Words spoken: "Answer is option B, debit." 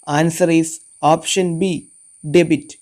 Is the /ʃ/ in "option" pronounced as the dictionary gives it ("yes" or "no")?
yes